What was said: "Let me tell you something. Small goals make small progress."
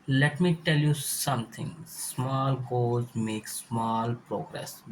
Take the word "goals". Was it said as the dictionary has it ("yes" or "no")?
no